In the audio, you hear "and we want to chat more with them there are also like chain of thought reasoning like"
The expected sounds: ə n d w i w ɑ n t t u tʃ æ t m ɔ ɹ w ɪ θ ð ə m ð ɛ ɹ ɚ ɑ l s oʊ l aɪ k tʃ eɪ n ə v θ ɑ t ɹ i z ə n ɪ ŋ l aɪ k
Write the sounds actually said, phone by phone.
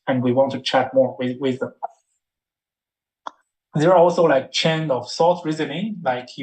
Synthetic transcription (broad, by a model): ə n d w i w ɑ n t t u tʃ æ t m ɔ ɹ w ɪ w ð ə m ð ɛ ɹ ɑ l s oʊ l aɪ k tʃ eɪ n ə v s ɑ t ɹ i z ə n ɪ ŋ l aɪ k